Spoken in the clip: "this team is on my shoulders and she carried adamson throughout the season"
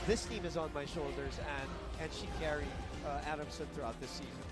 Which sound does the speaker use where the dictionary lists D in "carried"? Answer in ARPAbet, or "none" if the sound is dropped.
none